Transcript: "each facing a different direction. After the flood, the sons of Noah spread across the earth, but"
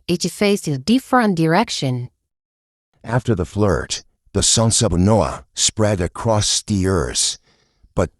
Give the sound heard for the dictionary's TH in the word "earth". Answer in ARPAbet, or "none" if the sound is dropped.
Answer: S